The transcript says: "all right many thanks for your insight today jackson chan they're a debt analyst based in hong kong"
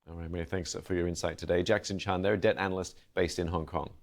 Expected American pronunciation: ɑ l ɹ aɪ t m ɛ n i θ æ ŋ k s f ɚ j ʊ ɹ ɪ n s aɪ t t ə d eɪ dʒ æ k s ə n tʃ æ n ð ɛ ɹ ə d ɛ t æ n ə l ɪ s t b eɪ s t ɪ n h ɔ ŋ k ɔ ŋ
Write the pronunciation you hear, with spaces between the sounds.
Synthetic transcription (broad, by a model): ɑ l ɹ aɪ t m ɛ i θ æ ŋ k s f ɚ j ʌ ɹ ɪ n s aɪ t t ə d eɪ dʒ æ k s ə n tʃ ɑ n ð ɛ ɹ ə d ɛ t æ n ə l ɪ s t b eɪ s t ɪ n h ɔ ŋ k ɔ ŋ